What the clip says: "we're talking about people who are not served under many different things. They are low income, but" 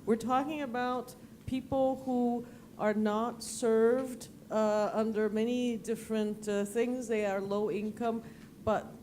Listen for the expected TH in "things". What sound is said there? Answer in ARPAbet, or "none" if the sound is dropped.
TH